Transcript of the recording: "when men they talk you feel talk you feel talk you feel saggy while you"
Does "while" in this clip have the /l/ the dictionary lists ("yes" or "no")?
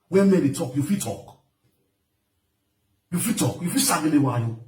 no